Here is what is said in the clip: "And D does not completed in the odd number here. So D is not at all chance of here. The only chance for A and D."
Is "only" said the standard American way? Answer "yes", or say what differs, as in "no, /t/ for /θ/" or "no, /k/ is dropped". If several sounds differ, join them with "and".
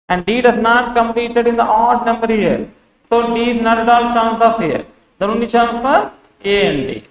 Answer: no, /l/ is dropped